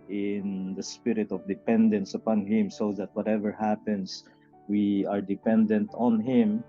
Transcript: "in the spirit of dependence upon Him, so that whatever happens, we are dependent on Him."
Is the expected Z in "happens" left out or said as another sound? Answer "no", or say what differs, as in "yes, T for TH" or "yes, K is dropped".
yes, S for Z